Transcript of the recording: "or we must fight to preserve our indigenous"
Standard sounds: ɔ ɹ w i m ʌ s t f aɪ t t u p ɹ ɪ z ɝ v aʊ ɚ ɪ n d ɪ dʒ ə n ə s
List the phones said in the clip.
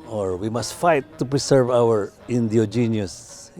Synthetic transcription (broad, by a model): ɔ ɹ w i m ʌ s t f aɪ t t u p ɹ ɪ s ɝ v aʊ ɚ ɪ n d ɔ dʒ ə n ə s